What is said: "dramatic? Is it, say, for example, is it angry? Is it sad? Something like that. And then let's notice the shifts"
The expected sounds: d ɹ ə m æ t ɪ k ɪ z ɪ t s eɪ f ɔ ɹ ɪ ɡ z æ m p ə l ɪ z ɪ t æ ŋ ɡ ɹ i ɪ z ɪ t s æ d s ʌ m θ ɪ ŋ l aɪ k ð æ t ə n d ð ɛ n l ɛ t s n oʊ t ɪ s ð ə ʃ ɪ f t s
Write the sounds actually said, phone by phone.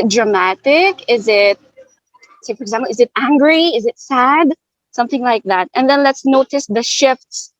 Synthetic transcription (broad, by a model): d ɹ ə m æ t ɪ k ɪ z ɪ t s eɪ f ɔ ɹ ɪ ɡ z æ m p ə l ɪ z ɪ t æ ŋ ɡ ɹ i ɪ z ɪ t s æ d s ʌ m θ ɪ ŋ l aɪ k ð æ t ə n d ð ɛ n l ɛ t s n oʊ t ɪ s ð ə ʃ ɪ f t s